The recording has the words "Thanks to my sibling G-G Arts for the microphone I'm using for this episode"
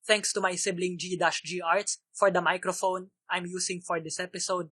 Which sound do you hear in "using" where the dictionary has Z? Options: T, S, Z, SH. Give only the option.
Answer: S